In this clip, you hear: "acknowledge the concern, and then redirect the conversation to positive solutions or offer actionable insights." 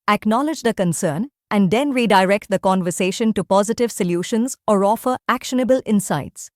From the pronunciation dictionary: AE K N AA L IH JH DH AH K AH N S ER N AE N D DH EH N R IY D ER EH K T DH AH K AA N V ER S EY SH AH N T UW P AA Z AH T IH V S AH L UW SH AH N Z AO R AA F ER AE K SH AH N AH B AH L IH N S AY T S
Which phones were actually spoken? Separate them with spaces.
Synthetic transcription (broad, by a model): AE K N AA L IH JH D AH K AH N S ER N AE N D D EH N R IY D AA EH K T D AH K AA N V ER S EY SH AH N T UW P AA Z AH T IH V S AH L UW SH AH N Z AO R AA F ER AE K SH AH N AH B AH L IH N S AY T S